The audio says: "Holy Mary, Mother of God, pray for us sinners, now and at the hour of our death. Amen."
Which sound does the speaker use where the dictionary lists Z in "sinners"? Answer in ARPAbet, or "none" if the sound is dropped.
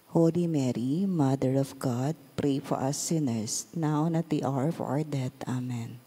S